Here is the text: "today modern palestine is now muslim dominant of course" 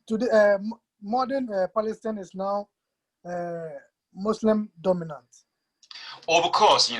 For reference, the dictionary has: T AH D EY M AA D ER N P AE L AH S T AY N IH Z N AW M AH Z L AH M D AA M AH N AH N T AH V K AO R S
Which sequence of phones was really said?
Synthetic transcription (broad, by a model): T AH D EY M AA D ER N P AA L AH S T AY N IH S N AW M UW S L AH M D AA M AH N AH N T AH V K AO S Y